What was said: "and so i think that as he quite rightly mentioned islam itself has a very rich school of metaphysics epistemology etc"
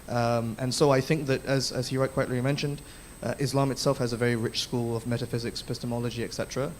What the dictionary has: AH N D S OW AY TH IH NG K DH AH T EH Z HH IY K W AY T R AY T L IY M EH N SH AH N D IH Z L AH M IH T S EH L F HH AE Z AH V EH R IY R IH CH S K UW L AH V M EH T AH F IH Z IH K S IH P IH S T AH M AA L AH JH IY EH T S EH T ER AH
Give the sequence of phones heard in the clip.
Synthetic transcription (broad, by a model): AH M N S OW AY TH IH NG K DH AH T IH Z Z IY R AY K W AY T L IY M EH N SH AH N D IH Z L AH M IH T S EH L F HH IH Z AH V EH R IY R IH CH S K UW L AH V M EH T AH F IH Z IH K S P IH S T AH M AA L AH JH IY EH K S EH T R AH